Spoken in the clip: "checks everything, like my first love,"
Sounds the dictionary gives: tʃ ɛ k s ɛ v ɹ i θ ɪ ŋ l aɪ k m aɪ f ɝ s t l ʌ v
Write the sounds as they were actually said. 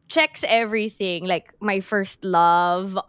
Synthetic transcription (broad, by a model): tʃ ɛ k s ɛ v ɹ i θ ɪ ŋ l aɪ k m aɪ f ɝ s t l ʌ v